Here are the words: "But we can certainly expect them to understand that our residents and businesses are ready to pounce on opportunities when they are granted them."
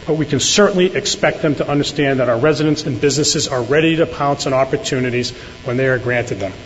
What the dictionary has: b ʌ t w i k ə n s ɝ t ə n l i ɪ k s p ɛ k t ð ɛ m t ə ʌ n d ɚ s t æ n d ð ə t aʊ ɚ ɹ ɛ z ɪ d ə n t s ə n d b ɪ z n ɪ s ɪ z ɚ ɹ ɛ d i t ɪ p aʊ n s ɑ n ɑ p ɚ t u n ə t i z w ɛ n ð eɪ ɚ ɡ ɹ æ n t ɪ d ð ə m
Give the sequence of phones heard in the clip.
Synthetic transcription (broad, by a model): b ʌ t w i k ə n s ɝ t n l i ɪ k s p ɛ k t ð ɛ m t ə ʌ n d ɚ s t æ n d ð ə t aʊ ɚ ɹ ɛ z ɪ d ə n t s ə n b ɪ z n ɪ s ɪ z ɚ ɹ ɛ d i t ɪ p aʊ n s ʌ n ɑ p ɚ t u n ə t i z w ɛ n ð eɪ ɚ ɡ ɹ æ n t ɪ d ð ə m